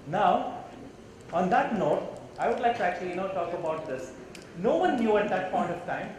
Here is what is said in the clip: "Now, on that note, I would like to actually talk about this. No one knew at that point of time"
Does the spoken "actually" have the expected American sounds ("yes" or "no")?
no